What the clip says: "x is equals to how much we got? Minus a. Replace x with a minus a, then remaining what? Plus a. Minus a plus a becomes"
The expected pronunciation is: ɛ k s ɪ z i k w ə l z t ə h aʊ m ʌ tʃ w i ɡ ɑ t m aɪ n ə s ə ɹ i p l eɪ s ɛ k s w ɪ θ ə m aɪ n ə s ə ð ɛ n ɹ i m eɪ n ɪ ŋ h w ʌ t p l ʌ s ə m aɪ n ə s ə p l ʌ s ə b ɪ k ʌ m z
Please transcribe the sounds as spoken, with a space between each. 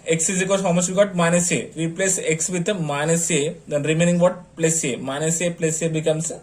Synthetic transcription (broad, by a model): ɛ k s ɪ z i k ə z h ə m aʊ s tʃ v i ɡ ɑ t m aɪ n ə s ə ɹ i p l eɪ s ɛ k s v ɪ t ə m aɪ n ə s ə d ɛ n ɹ i m eɪ n ɪ ŋ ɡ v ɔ t p l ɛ s ə m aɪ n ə s ə p l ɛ s ə b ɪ k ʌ m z